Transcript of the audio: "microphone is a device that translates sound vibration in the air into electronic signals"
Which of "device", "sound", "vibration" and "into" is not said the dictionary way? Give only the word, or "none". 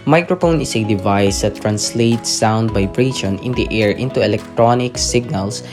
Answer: vibration